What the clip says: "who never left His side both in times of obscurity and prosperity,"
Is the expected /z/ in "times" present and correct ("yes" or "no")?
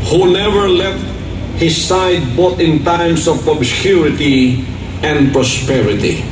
no